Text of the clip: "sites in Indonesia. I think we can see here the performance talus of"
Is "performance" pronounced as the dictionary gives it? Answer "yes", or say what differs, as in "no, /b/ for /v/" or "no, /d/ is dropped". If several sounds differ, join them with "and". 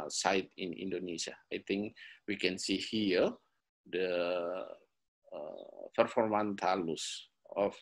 no, /s/ is dropped